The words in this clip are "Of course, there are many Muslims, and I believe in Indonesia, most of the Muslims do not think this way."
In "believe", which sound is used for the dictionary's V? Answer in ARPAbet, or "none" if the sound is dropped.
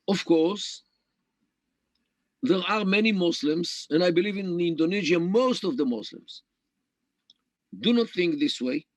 V